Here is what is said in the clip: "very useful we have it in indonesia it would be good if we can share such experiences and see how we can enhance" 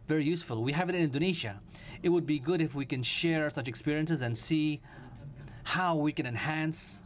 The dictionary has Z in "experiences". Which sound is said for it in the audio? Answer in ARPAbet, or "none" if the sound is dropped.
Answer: Z